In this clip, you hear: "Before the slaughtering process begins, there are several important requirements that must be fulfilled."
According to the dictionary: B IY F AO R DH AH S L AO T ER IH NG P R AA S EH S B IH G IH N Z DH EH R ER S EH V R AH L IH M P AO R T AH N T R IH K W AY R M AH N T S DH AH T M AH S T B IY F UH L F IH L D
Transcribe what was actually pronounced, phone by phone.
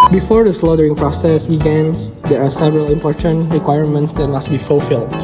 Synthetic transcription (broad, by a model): B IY F AO R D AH S L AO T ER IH NG P R AA S EH S B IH G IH N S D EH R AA S EH V R AH L IH M P AO R T AH N T R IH K W AY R M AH N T S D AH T M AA S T B IY F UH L F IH L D